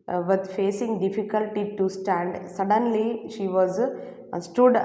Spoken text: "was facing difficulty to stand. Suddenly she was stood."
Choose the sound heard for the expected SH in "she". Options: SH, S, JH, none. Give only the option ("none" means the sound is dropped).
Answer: SH